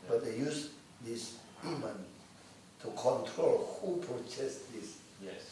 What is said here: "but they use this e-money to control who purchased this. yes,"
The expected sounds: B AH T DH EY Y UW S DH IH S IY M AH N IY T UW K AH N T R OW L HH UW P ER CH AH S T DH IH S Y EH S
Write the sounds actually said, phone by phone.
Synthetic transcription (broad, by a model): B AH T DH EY Y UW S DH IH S IY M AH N T UW K AH N T R OW L HH UW P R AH T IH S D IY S